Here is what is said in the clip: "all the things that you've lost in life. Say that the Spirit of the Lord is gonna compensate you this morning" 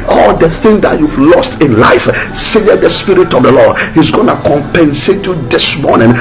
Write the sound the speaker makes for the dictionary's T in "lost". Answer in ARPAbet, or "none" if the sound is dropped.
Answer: T